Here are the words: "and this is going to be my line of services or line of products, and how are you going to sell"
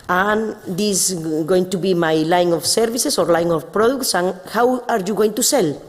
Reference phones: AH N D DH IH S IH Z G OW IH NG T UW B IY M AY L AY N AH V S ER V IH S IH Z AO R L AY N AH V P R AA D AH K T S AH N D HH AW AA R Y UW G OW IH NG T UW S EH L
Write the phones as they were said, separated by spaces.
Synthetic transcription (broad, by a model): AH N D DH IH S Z G OW IH NG T UW B IY M AY L AY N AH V S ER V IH S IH S AO R L AY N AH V P R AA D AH K T S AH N HH AW AA R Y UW G OW IH NG T UW S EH L